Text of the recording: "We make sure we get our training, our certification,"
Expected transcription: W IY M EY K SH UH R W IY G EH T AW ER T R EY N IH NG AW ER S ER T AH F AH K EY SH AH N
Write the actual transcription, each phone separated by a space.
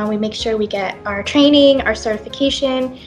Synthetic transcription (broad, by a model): W IY M EY K SH UH R W IY G EH T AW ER T R EY N IH NG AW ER S ER T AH F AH K EY SH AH N